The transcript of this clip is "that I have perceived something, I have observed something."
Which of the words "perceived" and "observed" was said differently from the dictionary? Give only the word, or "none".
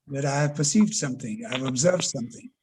none